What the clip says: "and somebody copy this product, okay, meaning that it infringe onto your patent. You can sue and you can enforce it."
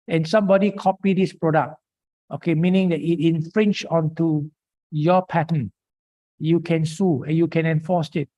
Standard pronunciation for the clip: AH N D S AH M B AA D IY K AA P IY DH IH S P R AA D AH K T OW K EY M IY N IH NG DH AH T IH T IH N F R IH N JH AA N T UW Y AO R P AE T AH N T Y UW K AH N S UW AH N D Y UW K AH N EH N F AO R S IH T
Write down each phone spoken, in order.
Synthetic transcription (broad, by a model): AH N S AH M B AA D IY K AA P IY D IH S P R AA D AH K T OW K EY M IY N IH NG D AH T IH T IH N F R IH N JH AA N T UW Y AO P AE T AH N Y UW K AH N S UW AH N Y UW K AH N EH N F AO S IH T